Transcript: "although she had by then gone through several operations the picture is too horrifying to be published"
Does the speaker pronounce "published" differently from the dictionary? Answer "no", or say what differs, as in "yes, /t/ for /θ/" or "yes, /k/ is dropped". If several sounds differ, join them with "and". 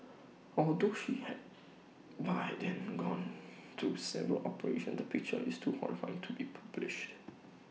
no